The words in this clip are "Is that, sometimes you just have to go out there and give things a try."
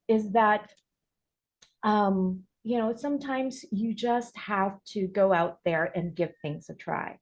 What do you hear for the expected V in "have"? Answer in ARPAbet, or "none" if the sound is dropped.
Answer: F